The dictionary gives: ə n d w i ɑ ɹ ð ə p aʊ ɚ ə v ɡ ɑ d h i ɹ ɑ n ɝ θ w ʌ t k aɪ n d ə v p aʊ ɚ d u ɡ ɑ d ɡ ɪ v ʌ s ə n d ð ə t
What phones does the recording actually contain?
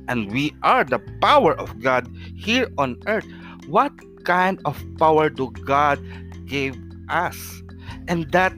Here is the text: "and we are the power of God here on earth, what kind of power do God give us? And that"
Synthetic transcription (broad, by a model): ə n d w i ɑ ɹ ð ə p aʊ ɚ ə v ɡ ɑ d h i ɹ ɑ n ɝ t w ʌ t k aɪ n d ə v p aʊ ɚ d u ɡ ɑ d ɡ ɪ v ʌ s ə n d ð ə t